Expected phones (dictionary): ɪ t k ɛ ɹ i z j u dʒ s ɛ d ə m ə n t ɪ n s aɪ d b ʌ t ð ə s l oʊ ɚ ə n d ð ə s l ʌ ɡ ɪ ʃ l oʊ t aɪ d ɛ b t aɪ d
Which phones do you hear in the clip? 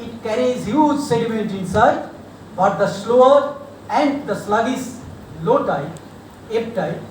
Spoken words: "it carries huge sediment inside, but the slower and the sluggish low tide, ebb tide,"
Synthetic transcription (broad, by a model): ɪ t k ɛ ɹ i z j u dʒ s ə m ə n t ɪ n s aɪ d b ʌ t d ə s l oʊ ɚ ə n d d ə s l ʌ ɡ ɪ s l oʊ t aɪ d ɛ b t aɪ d